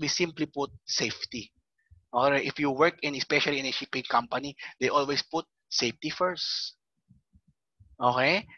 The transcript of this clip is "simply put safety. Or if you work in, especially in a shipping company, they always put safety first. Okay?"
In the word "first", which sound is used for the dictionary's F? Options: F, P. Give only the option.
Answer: F